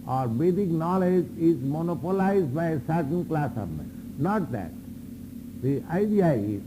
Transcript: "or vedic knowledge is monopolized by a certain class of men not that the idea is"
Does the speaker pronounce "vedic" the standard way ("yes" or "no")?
no